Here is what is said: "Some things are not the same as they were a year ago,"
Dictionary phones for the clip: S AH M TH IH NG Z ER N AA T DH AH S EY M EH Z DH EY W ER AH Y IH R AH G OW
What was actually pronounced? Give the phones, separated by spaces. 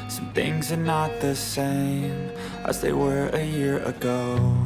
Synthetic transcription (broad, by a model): S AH M TH IH NG Z ER N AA T DH AH S EY M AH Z DH EY W ER AH Y IH R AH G OW